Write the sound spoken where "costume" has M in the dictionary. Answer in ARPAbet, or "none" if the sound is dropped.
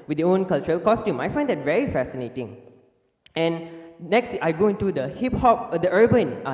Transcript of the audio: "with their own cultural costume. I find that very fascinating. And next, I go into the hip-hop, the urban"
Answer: M